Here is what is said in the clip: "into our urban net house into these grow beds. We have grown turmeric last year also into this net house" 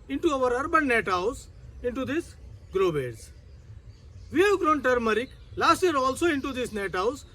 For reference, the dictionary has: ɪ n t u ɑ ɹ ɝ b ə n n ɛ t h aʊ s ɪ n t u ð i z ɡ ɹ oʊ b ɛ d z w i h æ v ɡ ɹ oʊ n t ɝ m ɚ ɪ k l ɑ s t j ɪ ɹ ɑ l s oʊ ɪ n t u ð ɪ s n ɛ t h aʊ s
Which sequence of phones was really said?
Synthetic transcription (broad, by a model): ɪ n t u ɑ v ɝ b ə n n ɛ t h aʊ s ɪ n t u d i s ɡ ɹ oʊ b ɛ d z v i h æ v ɡ ɹ oʊ n t ɝ m ɚ ɪ k l ɑ s t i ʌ ɹ ɑ l s oʊ ɪ n t u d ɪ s n ɛ t h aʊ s